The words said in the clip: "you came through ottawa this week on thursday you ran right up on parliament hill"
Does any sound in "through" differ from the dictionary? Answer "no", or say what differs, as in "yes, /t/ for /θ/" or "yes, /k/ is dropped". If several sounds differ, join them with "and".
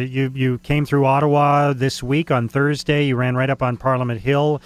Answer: no